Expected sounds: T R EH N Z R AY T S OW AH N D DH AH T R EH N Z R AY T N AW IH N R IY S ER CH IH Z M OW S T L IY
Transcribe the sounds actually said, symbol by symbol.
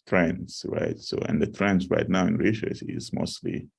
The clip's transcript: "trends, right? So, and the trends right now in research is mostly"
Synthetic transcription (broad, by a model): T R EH N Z R AY T S OW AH N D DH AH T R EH N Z R AY T N AW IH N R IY SH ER S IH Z M OW S T L IY